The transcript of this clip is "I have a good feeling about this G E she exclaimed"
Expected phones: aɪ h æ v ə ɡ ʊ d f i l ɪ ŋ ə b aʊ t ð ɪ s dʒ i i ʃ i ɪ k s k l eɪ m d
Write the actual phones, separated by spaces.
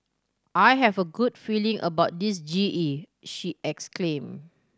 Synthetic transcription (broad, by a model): aɪ h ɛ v ə ɡ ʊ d f i l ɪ ŋ ə b aʊ t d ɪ s dʒ i i ʃ i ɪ k s k l eɪ m